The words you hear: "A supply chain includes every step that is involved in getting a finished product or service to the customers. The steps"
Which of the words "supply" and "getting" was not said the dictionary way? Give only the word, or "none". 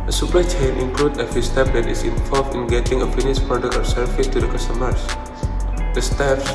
supply